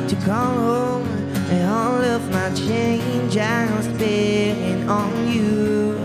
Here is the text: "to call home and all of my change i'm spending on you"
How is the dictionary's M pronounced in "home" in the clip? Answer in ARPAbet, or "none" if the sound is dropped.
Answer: M